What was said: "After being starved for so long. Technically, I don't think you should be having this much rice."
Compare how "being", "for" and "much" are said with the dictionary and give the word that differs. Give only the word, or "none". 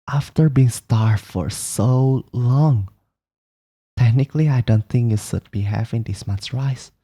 much